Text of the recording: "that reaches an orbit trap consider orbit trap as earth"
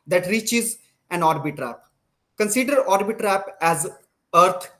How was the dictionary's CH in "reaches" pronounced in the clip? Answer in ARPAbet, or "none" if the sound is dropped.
CH